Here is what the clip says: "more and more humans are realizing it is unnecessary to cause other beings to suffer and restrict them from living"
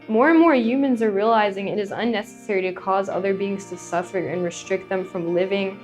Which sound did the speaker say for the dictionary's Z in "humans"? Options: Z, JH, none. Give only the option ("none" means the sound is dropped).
Z